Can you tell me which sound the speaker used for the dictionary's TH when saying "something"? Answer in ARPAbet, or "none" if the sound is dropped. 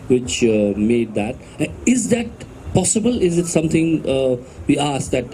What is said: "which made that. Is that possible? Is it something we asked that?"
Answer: T